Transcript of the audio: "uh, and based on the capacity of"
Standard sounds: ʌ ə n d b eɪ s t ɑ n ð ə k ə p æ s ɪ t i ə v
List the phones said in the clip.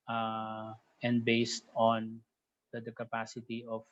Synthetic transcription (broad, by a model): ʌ ə n d b eɪ s t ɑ n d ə k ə p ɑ s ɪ t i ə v